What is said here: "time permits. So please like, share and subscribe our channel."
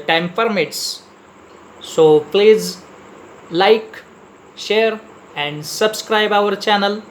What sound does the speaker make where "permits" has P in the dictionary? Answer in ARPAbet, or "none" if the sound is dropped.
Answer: F